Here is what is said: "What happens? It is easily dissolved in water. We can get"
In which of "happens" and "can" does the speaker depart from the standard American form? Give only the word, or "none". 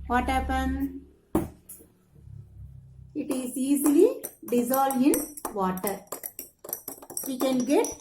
happens